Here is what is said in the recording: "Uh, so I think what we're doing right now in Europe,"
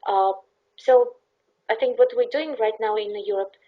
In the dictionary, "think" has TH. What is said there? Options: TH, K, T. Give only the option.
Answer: TH